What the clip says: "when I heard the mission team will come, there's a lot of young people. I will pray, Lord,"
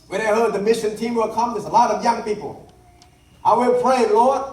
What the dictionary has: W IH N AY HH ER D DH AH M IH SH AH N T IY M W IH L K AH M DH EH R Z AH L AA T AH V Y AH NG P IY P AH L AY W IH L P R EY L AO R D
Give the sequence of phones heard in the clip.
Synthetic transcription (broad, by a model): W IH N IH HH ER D DH AH M IH SH AH N T IY M W IH L K AH M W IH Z AH L AA T AH V Y AH NG P IY P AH L AY W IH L P R EY L AO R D